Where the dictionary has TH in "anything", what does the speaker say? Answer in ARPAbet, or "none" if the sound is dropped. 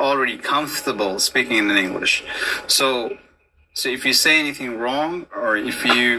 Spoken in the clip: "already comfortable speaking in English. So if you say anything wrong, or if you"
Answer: TH